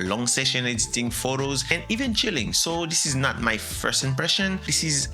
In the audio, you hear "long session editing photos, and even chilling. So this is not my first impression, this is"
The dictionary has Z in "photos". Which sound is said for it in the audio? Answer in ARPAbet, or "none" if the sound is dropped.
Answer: Z